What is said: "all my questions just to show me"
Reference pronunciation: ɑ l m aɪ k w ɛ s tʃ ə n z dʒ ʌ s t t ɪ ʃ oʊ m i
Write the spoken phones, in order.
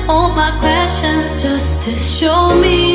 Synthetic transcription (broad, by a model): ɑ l m aɪ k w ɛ tʃ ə n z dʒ ʌ s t t ɪ ʃ oʊ m i